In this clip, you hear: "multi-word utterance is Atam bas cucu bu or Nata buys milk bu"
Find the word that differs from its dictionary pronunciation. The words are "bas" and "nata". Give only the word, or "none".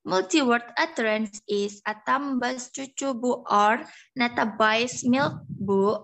none